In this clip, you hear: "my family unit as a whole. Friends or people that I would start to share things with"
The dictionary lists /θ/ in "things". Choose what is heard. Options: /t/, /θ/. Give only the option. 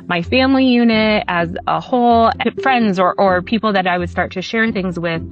/θ/